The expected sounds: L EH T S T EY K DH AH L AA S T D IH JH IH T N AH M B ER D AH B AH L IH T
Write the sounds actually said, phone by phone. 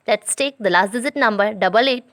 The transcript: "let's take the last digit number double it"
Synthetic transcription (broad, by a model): L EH T S T EY K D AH L AA S T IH Z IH T N AH M B ER D AH B AH L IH T